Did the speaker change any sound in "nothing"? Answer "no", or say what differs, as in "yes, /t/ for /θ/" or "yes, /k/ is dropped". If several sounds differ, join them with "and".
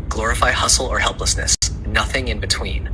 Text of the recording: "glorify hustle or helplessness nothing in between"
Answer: no